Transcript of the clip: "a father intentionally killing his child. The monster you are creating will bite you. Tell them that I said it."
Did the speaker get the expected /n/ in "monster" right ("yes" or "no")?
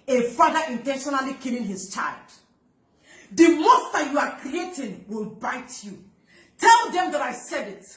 no